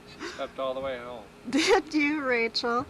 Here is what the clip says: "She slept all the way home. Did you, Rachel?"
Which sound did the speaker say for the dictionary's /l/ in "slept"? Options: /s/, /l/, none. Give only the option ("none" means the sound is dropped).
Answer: none